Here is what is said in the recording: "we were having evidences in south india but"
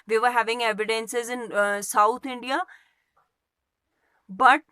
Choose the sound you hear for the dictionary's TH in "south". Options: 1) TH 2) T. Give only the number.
2